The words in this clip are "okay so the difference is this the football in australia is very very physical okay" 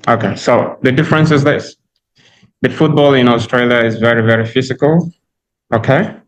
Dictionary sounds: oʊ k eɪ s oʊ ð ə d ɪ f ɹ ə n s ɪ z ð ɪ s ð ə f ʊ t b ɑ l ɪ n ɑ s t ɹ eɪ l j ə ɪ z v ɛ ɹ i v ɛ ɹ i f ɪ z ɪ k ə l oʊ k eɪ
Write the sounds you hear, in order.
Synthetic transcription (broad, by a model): oʊ k eɪ s oʊ ð ə d ɪ f ɹ ə n s ɪ z ð ɪ s ð ə f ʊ t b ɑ l ɪ n ɑ s t ɹ eɪ l j ə ɪ z v ɛ ɹ i v ɛ ɹ i f ɪ z ɪ k ə l oʊ k eɪ